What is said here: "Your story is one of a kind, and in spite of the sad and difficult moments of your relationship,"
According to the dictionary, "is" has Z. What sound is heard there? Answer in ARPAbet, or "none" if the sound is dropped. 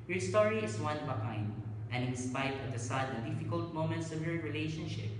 S